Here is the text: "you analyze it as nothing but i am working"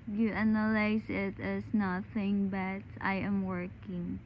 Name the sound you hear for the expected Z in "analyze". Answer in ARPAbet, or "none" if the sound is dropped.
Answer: S